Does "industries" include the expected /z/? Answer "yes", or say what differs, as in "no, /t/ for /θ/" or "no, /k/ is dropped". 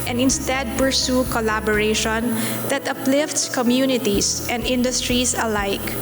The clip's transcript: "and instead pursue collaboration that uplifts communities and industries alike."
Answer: no, /s/ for /z/